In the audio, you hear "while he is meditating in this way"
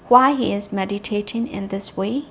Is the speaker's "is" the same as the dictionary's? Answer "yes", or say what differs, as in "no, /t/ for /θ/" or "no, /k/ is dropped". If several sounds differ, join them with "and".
yes